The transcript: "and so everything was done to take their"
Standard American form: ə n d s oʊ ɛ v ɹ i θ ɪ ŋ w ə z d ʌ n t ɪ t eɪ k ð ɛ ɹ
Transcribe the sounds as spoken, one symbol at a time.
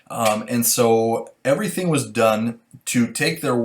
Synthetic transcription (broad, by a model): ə n s oʊ ɛ v ɹ i θ ɪ ŋ w ə z d ʌ n t ɪ t eɪ k ð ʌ ɹ